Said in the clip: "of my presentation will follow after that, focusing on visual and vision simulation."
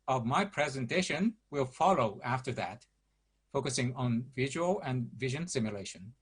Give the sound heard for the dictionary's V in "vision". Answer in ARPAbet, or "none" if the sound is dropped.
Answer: V